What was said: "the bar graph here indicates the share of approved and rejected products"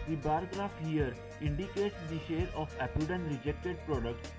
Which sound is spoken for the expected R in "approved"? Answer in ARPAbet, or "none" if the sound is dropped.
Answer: none